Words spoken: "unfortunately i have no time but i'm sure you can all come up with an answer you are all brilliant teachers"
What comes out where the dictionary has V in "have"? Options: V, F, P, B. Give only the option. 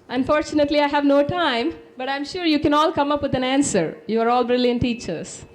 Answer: V